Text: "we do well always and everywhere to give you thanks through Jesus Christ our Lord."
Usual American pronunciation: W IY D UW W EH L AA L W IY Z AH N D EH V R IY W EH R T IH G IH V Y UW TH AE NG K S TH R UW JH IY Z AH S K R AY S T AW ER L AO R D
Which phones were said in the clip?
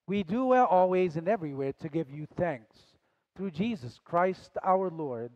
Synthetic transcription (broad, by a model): W IY D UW W EH L AA L W IY Z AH N EH V R IY W EH R T IH G IH V Y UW TH AE NG K S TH R UW JH IY Z AH S K R AY S T AW ER L AO R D